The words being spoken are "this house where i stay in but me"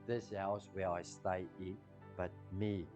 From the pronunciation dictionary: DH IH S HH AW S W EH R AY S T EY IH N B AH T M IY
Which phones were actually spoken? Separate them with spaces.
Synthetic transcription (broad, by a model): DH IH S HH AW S W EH L AY S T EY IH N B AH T M IY